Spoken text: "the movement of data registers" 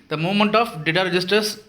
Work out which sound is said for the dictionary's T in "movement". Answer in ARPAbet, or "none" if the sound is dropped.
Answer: T